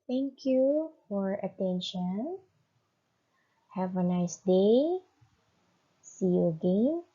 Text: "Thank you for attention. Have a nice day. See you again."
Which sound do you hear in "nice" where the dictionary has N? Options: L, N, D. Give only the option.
N